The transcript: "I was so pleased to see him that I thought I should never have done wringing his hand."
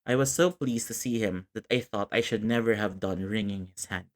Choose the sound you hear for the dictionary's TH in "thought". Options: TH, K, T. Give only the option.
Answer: TH